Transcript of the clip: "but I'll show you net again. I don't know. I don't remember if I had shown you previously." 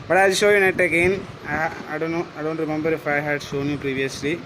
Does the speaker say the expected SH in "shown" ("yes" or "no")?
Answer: no